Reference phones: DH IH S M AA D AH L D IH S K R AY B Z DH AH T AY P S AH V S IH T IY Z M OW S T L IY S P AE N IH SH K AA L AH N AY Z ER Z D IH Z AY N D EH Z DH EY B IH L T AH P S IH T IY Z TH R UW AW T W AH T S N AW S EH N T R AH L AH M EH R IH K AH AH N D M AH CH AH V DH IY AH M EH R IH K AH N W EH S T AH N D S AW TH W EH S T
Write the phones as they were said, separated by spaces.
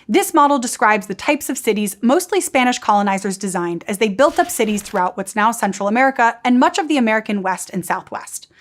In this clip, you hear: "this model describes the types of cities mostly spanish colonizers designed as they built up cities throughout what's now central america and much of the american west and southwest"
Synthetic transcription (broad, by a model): DH IH S M AA D L D IH S K R AY B Z DH AH T AY P S AH V S IH T IY Z M OW S T L IY S P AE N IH SH K AA L AH N AY Z ER Z D IH Z AY N D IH Z DH EY B IH L T AH P S IH T IY Z TH R UW AW T W AH T S N AW S EH N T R L AH M EH R IH K AH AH N M AH CH AH V DH IY AH M EH R IH K AH N W EH S T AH N S AW TH W EH S T